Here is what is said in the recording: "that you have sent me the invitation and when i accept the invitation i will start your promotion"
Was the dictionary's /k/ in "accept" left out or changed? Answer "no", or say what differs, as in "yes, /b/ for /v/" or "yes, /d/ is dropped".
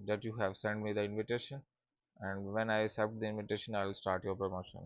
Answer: yes, /k/ is dropped